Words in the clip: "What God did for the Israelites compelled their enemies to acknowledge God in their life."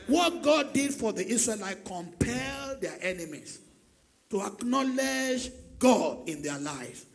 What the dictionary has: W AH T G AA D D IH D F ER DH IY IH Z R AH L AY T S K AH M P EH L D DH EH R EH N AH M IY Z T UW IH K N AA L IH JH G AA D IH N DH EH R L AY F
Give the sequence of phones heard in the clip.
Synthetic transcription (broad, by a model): W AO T G AA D D IH D F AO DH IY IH S R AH L AY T K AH M P EH L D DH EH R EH N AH M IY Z T UW IH K N AA L IH JH G AA D IH N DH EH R L AY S